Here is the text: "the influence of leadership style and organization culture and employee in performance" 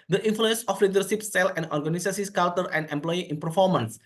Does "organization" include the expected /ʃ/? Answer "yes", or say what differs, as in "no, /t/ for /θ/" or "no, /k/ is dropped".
no, /s/ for /ʃ/